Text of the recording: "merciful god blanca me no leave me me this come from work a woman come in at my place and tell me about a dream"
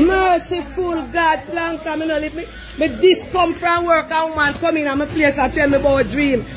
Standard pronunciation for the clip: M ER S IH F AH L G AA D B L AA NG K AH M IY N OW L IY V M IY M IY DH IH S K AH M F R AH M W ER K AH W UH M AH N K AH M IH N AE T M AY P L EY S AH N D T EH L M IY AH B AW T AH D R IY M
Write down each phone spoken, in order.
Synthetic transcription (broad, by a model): M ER S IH F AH L G AA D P L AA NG K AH M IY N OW L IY P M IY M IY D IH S K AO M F R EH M W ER K AH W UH M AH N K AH M IH N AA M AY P L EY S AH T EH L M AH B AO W AH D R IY M